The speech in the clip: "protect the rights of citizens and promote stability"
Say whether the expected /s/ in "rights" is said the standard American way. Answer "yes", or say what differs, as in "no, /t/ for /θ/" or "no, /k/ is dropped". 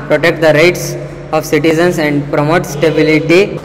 yes